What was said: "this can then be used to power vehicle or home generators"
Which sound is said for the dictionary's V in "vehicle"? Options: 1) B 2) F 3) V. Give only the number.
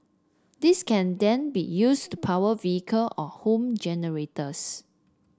3